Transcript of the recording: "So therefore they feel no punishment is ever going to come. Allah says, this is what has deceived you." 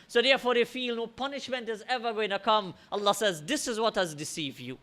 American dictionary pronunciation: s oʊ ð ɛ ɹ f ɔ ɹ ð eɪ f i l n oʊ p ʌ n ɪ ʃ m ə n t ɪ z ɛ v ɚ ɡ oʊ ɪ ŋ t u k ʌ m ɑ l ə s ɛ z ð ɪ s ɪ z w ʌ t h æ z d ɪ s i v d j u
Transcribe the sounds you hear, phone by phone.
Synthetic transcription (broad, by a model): s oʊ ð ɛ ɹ f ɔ ɹ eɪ f i l n oʊ p ʌ n ɪ ʃ m ə n t ɪ z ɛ v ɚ ɡ oʊ ɪ ŋ t u k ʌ m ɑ l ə s ɛ z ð ɪ s ɪ z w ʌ t h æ z d ɪ s i v d j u